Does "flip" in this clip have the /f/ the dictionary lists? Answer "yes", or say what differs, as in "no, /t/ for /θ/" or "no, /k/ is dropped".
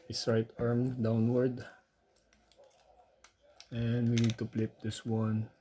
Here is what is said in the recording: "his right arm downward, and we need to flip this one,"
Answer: no, /p/ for /f/